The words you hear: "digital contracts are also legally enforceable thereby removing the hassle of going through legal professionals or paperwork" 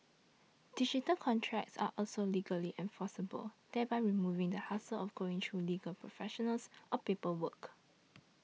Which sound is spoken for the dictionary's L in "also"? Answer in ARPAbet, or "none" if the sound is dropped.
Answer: L